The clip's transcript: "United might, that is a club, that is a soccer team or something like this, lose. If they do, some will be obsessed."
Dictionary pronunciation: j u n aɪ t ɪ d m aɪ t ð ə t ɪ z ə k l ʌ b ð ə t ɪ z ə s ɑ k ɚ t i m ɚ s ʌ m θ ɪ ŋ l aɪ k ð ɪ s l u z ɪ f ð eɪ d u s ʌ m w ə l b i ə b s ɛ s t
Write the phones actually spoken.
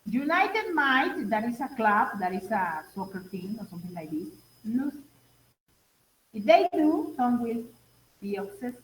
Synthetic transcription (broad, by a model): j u n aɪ t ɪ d m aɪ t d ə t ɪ s ə k l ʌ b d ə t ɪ s ə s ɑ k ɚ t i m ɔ s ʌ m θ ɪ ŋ l aɪ k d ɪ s n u s ɪ f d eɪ d u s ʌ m w ə l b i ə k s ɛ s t